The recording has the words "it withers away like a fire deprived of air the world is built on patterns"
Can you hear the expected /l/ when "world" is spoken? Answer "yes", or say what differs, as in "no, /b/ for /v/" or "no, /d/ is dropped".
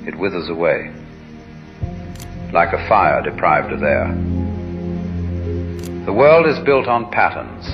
yes